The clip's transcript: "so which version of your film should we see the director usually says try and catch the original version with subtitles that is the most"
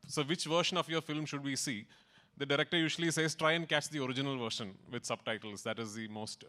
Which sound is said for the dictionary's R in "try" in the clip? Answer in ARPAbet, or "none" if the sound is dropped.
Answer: R